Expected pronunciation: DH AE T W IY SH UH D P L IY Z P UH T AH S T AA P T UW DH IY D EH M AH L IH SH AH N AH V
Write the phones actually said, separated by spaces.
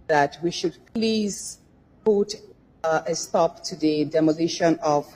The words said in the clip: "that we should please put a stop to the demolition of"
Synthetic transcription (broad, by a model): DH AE T W IY SH UH D P L IY Z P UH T AH S T AA P T UW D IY D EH M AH N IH SH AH N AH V